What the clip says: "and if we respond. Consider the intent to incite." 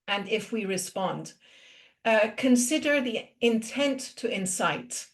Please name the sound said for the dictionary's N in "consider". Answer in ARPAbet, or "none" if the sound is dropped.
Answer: N